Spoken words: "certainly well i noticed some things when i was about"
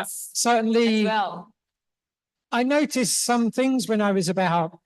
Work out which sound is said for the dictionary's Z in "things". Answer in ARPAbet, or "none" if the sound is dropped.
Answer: Z